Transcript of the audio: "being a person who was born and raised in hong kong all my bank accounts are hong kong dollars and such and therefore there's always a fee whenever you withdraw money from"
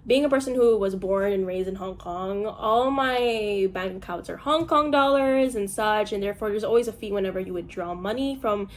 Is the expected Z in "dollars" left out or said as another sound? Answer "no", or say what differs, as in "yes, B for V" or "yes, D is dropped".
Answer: no